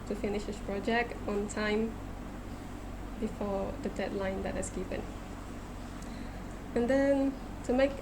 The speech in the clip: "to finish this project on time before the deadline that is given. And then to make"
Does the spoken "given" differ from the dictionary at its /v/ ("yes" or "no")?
yes